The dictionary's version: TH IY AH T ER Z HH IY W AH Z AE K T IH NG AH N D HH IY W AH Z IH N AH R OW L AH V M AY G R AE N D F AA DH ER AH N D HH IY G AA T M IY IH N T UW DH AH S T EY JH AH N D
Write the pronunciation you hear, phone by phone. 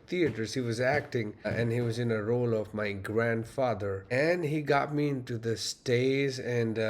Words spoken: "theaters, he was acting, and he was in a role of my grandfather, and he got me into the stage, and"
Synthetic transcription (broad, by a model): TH IY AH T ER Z HH IY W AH Z AE K T IH NG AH N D HH IY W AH Z IH N AH R OW L AH V M AY G R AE N D F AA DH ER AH N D HH IY G AA T M IY IH N T UW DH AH S T EY Z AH N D